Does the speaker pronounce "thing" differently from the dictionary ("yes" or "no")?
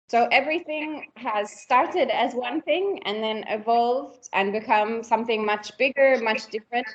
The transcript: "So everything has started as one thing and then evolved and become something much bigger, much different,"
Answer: no